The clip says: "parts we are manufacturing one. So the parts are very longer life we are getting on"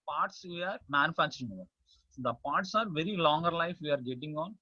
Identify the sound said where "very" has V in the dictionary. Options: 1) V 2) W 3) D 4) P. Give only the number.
1